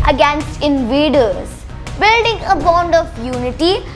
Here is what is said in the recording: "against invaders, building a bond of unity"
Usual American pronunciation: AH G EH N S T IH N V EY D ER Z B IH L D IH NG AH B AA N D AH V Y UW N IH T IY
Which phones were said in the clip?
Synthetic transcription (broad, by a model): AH G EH N S T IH N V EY D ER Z B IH L D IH NG AH B AA N D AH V Y UW N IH T IY